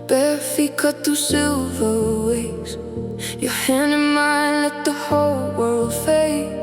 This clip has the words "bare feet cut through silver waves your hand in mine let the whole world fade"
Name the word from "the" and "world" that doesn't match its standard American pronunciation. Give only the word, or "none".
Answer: none